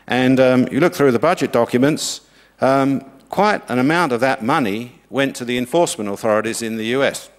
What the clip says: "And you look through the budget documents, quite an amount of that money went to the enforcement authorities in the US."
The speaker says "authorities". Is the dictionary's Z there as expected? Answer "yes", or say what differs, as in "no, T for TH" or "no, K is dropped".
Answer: yes